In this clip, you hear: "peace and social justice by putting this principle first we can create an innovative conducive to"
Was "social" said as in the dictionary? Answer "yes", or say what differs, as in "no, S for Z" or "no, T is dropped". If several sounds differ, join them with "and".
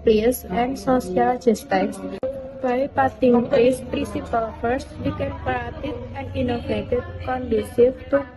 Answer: no, S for SH